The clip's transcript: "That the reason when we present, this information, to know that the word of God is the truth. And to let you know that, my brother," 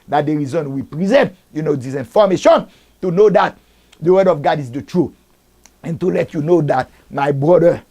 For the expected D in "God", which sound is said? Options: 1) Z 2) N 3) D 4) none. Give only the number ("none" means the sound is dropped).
3